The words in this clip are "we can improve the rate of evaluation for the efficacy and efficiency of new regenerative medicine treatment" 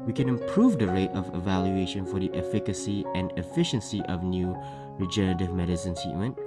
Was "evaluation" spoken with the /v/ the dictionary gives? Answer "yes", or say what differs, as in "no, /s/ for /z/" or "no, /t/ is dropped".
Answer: yes